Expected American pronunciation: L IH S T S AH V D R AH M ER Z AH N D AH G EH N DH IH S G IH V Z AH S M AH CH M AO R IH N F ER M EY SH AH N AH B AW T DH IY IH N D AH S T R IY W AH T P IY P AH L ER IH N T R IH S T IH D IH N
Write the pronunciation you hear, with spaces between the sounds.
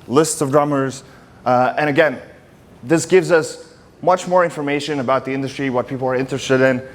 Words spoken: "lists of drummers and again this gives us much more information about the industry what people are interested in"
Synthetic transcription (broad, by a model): L IH S T S AH V D R AH M ER Z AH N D AH G EH N DH IH S G IH V Z AH S M AH CH M AO R IH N F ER M EY SH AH N AH B AW T DH IY IH N D AH S T R IY W AH T P IY P L ER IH N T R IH S T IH D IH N